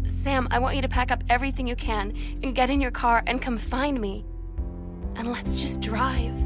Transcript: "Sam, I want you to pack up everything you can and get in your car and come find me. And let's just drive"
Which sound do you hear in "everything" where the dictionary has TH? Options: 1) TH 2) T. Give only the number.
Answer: 1